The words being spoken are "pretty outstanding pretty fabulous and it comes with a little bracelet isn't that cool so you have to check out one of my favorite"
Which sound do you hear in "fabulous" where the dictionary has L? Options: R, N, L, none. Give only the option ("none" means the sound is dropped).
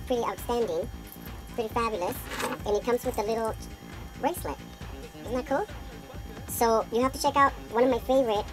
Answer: L